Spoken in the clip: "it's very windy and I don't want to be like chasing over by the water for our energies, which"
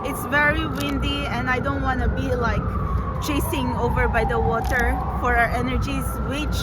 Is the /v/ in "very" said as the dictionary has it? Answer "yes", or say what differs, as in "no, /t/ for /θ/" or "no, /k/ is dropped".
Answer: yes